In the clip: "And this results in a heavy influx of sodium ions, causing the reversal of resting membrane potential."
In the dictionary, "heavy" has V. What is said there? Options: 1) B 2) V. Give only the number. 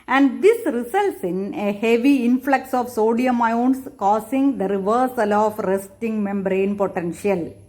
2